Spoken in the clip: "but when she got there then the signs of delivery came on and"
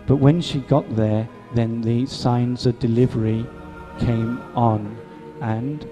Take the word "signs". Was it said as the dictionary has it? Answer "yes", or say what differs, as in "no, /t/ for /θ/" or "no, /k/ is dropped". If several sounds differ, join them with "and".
yes